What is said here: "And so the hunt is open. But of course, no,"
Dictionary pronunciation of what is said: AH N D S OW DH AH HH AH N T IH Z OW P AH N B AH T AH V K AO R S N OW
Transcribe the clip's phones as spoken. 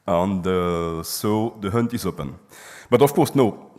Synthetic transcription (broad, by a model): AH N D S OW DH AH HH AH N T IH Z OW P AH N B AH T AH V K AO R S N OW